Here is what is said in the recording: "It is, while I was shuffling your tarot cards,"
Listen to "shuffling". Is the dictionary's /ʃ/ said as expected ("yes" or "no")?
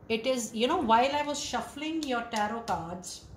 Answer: yes